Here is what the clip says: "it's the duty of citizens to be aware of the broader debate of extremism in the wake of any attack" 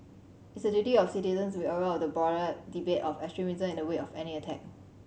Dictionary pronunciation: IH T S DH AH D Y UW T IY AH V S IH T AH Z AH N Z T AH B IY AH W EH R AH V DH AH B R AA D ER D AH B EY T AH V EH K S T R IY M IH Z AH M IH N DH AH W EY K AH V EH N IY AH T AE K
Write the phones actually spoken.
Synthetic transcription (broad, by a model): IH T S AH D Y UW T IY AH F S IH T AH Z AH N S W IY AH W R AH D AH B AA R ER D AH B EY T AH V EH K S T R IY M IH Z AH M IH N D AH W EY AH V EH N IY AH T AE K